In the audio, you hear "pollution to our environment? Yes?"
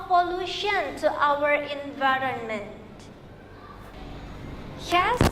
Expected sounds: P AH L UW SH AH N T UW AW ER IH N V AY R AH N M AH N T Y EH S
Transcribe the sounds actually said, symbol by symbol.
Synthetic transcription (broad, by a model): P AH L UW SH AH N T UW AW ER IH N V AY R AH N M AH N T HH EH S